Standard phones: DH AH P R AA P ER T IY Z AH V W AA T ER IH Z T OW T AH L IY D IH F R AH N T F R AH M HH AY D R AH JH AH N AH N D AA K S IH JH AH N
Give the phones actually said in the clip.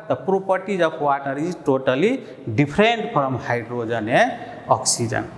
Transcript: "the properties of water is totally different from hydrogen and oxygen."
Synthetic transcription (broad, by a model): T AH P R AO P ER T IY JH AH B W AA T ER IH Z T OW T AH L IY D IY P R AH N T P R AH M HH AY D R AH JH AH N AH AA K S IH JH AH N